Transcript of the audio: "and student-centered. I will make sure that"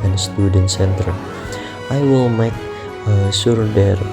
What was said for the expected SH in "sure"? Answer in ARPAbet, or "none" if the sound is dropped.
S